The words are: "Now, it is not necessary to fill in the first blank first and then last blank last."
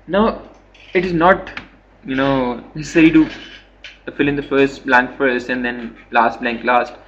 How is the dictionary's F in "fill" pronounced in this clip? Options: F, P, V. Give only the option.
F